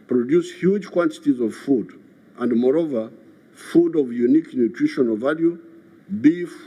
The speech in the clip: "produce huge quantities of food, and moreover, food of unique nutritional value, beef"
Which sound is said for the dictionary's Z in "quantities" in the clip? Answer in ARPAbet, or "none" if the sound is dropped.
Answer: Z